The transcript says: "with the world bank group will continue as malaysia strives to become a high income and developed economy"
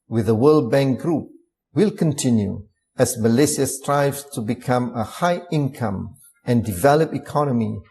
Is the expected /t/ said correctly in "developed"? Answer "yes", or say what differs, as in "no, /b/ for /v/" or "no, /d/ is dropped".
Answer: no, /t/ is dropped